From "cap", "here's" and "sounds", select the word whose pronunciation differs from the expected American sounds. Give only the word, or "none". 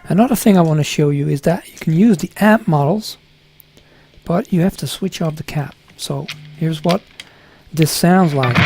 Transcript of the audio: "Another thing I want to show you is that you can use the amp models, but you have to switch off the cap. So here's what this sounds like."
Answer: none